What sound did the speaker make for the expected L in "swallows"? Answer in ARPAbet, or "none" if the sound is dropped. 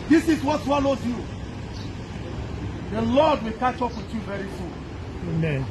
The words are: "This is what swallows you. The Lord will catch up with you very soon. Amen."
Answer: N